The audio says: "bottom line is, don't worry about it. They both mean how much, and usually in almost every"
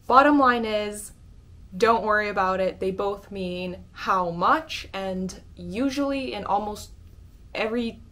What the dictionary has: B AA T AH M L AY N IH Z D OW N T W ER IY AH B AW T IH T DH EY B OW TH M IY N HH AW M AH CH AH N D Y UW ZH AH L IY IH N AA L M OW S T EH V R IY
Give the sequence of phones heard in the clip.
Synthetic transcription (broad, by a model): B AA T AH M L AY N IH Z D OW N T W ER IY AH B AW T IH T DH EY B OW TH M IY N HH AW M AH CH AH N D Y UW ZH L IY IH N AA L M OW S T EH V R IY